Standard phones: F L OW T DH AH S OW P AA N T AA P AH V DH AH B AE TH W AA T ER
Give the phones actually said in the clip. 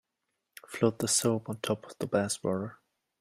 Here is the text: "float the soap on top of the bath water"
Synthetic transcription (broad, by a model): F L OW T DH AH S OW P N T AA P AH V DH AH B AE S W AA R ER